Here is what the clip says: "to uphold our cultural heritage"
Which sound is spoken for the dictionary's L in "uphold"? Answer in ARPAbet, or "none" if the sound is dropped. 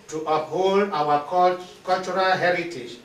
L